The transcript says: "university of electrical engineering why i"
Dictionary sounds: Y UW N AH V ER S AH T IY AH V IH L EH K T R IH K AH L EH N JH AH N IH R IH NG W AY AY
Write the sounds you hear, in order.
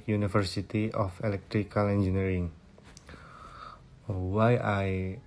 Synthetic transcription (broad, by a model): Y UW N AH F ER S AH T IY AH F IH L EH K T R IH K AH L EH N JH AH N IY R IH NG W AY AY